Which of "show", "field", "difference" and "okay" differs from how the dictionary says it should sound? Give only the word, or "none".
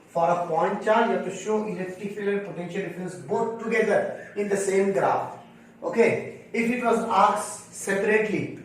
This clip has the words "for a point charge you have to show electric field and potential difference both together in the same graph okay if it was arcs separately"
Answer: field